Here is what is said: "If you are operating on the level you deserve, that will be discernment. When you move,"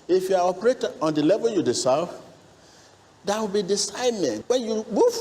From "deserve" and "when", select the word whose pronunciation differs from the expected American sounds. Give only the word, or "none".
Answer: deserve